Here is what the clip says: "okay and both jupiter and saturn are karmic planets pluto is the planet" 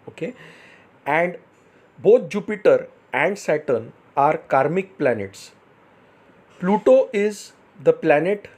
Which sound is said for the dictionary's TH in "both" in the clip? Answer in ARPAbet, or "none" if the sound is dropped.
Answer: T